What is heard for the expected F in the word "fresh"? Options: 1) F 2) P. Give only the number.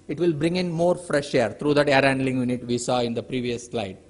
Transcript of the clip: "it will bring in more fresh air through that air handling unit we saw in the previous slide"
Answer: 1